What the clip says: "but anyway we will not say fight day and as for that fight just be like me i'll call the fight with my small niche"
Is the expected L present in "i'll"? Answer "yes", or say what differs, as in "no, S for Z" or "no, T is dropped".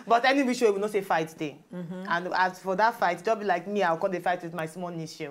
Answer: no, W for L